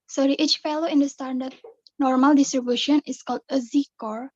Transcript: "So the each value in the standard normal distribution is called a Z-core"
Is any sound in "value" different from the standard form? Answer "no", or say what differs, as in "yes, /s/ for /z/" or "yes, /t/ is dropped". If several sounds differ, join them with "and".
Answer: yes, /f/ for /v/